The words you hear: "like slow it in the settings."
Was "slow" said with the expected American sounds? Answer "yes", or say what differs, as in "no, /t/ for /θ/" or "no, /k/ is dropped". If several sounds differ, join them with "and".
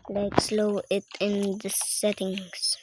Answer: yes